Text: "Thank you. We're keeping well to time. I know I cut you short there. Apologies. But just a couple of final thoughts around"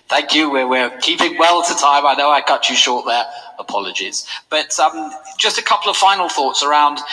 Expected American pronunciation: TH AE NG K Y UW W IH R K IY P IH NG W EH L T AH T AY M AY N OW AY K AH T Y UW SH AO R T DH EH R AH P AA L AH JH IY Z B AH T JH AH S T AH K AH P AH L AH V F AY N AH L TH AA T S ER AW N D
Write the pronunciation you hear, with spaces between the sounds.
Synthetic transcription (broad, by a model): TH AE NG K Y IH W IH R K IY P IH NG W EH L T AH T AY M AY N OW AY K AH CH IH SH AO R T DH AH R AH P AA L AH JH IY Z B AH T JH AH S T AH K AH P L AH V F AY N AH L TH AA T S ER AW N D